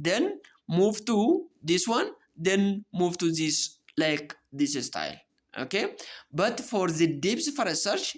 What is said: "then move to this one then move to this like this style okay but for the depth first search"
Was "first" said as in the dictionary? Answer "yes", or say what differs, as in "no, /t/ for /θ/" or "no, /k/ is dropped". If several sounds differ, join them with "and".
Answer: no, /s/ is dropped